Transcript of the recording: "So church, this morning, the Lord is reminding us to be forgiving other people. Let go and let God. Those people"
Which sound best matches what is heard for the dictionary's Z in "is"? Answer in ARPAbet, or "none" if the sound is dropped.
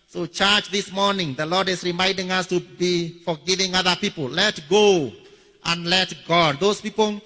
S